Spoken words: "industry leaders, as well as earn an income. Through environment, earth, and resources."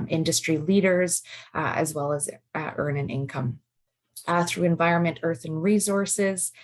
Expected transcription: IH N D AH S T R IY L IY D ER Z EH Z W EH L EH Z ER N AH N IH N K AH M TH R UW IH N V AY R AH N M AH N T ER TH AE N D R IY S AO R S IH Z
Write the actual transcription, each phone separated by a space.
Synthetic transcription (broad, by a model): IH N D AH S T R IY L IY D ER Z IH Z W EH L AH Z ER N AH N IH N K AH M TH R UW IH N V AY R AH N M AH N T ER TH N R IY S AO R S IH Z